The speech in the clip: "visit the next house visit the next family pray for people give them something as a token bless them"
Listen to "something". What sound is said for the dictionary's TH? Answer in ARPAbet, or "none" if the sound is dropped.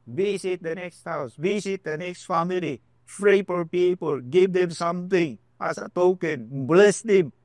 T